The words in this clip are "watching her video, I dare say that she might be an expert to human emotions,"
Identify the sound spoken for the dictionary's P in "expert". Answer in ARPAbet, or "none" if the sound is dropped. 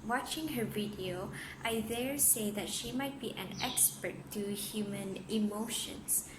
P